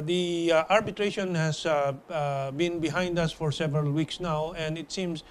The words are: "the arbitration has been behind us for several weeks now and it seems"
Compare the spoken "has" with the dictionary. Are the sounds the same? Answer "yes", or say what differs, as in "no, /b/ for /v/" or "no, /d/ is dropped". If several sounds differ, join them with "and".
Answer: no, /s/ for /z/